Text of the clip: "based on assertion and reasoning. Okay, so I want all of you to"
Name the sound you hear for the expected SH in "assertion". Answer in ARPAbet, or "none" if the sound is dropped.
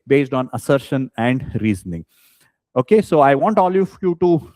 SH